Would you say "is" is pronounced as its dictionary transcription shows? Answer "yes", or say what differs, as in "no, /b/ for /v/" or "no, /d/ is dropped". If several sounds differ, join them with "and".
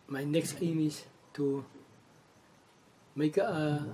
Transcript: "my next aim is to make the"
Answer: no, /s/ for /z/